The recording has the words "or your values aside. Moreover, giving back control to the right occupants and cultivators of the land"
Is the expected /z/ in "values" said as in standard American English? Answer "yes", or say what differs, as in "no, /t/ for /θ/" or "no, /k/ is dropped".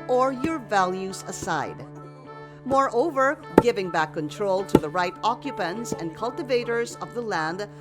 yes